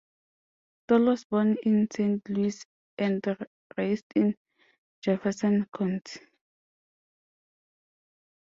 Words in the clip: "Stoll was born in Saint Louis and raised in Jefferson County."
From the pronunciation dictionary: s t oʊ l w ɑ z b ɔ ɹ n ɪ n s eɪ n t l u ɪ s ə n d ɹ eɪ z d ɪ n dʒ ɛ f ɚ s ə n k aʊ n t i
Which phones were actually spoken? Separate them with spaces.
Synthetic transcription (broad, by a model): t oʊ l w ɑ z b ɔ n ɪ n s eɪ n t l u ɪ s ə n d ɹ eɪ s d ɪ n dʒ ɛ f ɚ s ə n k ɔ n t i